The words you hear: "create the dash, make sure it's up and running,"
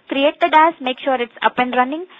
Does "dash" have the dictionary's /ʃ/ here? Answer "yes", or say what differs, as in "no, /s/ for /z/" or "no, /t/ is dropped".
no, /s/ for /ʃ/